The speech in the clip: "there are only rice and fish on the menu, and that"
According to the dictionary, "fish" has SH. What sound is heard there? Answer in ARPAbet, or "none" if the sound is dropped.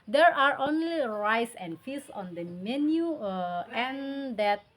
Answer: S